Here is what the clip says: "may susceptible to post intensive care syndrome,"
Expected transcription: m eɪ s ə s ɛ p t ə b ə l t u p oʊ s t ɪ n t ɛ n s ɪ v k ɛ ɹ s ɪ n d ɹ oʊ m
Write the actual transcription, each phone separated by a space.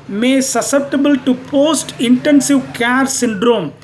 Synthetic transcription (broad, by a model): m eɪ s ə s ɛ p t ə b ə l t u p oʊ s t ɪ n t ɛ n s ɪ v k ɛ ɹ s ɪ n d ɹ oʊ m